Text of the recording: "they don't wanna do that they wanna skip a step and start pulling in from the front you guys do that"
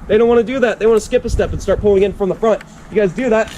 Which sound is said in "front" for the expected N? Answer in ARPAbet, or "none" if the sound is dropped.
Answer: N